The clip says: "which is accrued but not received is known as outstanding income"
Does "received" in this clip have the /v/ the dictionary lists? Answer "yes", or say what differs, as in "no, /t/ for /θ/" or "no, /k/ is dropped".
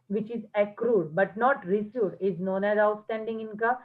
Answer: no, /v/ is dropped